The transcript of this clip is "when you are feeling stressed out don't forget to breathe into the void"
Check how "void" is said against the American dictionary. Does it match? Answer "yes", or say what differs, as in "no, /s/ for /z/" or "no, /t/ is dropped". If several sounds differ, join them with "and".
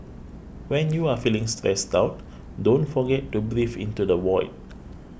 no, /w/ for /v/